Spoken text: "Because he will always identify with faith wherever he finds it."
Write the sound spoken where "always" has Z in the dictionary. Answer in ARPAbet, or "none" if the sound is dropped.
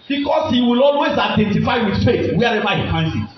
S